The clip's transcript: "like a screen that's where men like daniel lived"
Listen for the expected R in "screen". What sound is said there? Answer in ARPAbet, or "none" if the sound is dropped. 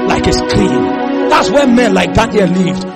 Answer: L